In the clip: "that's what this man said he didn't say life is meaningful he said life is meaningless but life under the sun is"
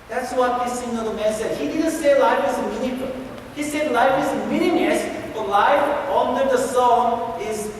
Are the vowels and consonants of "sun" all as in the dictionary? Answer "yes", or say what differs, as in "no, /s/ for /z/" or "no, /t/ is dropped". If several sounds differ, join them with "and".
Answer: no, /n/ is dropped